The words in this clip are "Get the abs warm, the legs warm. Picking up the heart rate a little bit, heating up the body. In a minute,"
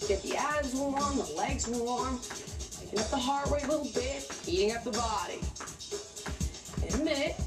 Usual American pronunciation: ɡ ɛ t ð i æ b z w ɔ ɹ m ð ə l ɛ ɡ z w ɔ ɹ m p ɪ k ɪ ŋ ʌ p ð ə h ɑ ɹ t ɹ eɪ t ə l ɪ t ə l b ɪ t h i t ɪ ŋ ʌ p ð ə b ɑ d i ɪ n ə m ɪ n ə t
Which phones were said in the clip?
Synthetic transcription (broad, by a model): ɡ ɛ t ð i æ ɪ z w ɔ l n ð ə l ɛ ɡ z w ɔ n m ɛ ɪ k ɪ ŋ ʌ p ð ə h ɑ ɹ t w eɪ ə l ɪ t l b ɪ t h i t ɪ ŋ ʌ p ð ə b ɑ d i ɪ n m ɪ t